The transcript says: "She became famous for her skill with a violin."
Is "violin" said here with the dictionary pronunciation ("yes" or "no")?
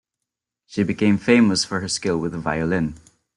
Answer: yes